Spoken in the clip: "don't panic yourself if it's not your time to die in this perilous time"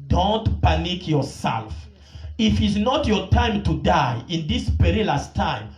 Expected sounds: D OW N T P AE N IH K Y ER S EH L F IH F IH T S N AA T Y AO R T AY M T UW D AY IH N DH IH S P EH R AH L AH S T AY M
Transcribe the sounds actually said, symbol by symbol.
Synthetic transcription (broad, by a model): D OW N T P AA N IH K Y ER S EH L F IH F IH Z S N AA T Y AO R T AY M T UW D AY IH N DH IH S P EH R AH L AH S T AY M